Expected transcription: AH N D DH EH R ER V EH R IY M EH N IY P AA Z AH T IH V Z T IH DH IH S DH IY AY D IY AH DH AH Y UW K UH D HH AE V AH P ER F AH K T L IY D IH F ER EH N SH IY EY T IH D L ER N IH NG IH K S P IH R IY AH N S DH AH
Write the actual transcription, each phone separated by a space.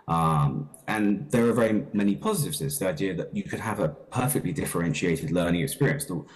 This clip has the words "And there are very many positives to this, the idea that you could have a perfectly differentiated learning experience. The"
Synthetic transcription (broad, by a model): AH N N DH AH R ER V EH R IY M EH N IY P AA Z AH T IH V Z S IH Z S DH IY AY D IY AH DH AH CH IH K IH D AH V AH P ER F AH K T L IY D IH F ER EH N SH IY EY T IH D L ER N IH NG IH K S P IH R IY AH N S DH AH